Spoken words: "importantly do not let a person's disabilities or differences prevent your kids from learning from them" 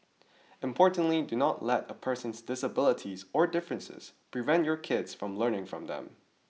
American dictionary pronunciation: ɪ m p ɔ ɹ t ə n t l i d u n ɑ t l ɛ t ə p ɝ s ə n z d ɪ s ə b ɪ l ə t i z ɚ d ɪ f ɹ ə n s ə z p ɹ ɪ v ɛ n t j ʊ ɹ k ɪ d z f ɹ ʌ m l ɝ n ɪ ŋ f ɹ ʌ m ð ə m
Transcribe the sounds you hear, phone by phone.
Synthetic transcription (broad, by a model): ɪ m p ɔ ɹ t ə n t l i d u n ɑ t l ɛ t ə p ɝ s ə n z d ɪ s ə b ɪ l ə t i z ɚ d ɪ f ɹ ə n s ə z p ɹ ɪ v ɛ n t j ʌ ɹ k ɪ d z f ɹ ʌ m l ɝ n ɪ ŋ f ɹ ʌ m ð ə m